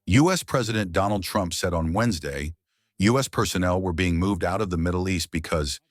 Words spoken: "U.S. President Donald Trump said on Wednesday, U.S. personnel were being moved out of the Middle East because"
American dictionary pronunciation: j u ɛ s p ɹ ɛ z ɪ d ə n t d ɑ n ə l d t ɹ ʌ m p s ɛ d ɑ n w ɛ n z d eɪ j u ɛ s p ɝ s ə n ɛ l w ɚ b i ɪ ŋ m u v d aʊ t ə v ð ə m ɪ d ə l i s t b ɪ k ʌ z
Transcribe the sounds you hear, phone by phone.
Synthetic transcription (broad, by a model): j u ɛ s p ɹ ɛ z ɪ d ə n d ɑ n l d t ɹ ʌ m p s ɛ d n w ɛ n z d eɪ j u ɛ s p ɝ s ə n ɛ l w ɚ b i ɪ ŋ m u v d aʊ t ə v ð ə m ɪ d l i s t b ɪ k ʌ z